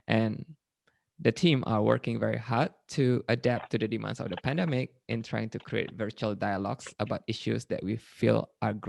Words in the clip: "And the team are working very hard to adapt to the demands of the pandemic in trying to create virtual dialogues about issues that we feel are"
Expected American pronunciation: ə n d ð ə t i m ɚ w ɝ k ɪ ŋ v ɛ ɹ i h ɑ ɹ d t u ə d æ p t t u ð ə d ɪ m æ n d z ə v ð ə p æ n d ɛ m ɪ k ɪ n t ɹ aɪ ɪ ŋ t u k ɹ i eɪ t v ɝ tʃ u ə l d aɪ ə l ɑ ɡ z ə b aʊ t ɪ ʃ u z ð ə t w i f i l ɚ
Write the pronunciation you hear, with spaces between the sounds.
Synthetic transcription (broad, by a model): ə n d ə t i m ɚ w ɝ k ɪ ŋ v ɛ ɹ i h ɑ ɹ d t u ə d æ p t t u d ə d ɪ m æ n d s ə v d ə p æ n d ɛ m ɪ k ɪ n t ɹ aɪ ɪ ŋ t u k ɹ i eɪ t v ɝ tʃ u ə l d aɪ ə l ɑ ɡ s ə b aʊ t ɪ ʃ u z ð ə t w i f i l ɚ